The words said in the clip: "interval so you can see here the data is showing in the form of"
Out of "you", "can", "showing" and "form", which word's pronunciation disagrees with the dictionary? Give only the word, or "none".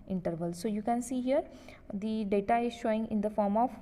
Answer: none